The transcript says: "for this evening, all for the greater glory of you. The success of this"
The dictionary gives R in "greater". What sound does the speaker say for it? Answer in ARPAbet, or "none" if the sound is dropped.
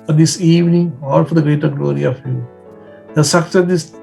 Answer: R